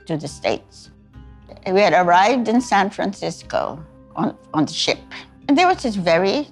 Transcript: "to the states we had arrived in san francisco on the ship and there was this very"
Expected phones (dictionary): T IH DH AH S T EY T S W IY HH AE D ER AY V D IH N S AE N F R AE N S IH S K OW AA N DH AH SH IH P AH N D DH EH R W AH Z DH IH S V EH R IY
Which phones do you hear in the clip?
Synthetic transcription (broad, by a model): T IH DH AH S T EY T S W IY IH D ER AY V D IH N S AE N F R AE N S IH S K OW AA N DH AH SH IH P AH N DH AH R W AH Z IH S V EH R IY